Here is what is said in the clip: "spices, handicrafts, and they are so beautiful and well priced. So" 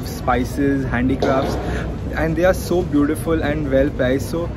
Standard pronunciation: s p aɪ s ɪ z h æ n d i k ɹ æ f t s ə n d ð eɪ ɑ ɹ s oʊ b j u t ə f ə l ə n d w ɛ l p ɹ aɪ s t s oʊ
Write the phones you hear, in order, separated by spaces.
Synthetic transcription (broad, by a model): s p aɪ s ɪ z h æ n d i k ɹ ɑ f t s ə n d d eɪ ɑ ɹ s oʊ b j u t ə f ə l ə n d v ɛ l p aɪ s s oʊ